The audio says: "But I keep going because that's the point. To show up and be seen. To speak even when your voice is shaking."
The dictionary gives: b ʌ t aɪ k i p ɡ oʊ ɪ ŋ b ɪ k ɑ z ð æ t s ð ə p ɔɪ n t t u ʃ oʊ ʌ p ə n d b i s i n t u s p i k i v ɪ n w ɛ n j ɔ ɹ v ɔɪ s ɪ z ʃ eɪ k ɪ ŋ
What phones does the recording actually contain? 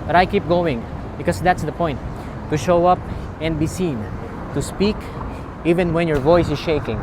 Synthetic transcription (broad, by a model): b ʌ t aɪ k i p ɡ oʊ ɪ ŋ b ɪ k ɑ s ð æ t s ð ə p ɔɪ n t t u ʃ oʊ ʌ p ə n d b i s i n t u s p i k i v ɪ n w ɛ n j ɔ ɹ v ɔɪ s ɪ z ʃ eɪ k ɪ ŋ